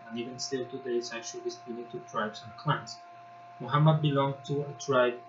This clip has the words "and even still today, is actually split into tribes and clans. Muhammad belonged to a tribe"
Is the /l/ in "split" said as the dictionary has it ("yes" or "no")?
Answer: no